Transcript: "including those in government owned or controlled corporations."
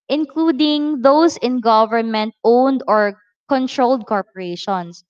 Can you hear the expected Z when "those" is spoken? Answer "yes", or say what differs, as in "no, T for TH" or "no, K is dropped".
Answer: no, S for Z